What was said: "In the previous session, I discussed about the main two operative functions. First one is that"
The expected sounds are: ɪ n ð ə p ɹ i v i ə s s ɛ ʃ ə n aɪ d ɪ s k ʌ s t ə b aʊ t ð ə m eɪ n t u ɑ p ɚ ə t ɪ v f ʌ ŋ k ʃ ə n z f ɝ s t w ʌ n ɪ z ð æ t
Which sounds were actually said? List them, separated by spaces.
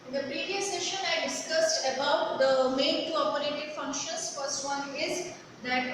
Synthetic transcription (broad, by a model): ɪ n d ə p ɹ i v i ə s s ɛ ʃ ə n aɪ d ɪ s k ʌ s t ə b aʊ t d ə m eɪ n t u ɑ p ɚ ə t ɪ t f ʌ ŋ k ʃ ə n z f ɝ s t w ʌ n ɪ z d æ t